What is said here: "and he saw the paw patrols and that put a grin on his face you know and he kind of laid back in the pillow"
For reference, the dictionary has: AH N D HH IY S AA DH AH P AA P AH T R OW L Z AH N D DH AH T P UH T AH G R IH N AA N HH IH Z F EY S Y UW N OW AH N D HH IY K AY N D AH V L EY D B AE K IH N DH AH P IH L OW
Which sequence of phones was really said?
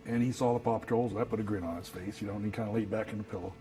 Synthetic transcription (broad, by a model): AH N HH IY S AA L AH P AA P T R OW L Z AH DH AH T B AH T AH G R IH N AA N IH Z F EY S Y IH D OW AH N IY K AY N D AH L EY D B AE K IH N DH AH P IH L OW